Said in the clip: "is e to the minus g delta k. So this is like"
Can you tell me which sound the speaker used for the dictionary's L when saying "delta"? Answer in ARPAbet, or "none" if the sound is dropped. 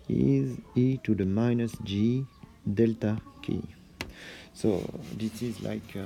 L